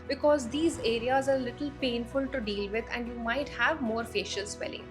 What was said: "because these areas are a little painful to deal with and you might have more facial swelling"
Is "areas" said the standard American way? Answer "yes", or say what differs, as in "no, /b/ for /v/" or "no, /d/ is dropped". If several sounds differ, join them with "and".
yes